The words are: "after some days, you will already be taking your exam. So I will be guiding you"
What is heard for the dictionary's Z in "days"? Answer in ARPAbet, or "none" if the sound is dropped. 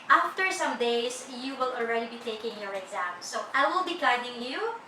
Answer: S